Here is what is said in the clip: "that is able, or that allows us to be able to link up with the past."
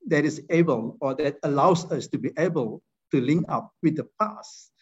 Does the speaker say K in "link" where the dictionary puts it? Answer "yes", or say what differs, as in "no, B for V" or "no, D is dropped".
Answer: no, K is dropped